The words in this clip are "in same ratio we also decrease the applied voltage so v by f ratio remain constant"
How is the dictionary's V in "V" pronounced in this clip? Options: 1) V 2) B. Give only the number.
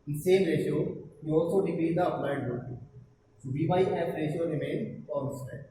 2